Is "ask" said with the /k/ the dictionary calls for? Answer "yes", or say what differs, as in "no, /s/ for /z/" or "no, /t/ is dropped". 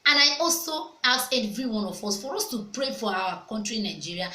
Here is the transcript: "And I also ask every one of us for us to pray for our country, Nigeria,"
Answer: no, /k/ is dropped